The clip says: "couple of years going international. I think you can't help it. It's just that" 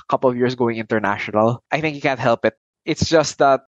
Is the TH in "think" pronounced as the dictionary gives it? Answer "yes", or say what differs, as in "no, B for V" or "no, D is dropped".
yes